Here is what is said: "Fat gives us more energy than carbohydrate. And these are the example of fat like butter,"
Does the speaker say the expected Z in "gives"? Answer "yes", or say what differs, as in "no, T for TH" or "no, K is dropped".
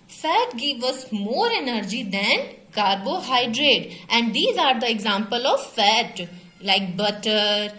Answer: no, Z is dropped